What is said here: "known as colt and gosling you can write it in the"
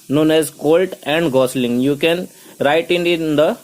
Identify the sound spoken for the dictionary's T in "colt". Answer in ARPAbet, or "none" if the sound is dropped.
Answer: T